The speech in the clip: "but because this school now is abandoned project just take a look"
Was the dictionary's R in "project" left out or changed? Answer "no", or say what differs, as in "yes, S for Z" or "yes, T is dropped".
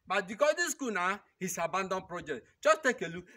no